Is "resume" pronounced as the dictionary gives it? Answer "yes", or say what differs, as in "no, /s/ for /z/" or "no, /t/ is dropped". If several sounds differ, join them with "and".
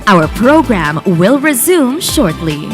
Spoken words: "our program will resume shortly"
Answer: yes